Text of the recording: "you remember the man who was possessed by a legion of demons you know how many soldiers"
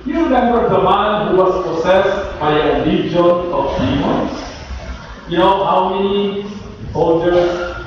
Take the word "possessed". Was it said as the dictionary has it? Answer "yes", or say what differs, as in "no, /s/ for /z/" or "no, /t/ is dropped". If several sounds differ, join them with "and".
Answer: no, /s/ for /z/